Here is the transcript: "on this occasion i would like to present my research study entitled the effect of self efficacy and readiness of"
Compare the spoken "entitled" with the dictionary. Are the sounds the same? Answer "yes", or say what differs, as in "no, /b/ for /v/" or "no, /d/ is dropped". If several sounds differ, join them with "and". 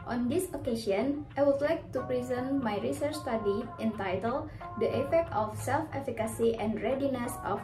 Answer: yes